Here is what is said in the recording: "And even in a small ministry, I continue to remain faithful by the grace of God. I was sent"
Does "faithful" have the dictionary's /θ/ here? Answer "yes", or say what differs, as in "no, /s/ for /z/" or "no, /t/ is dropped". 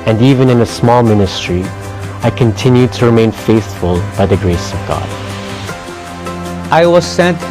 yes